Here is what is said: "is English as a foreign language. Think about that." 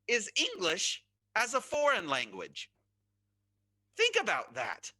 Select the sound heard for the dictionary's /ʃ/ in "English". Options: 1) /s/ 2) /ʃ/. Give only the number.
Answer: 2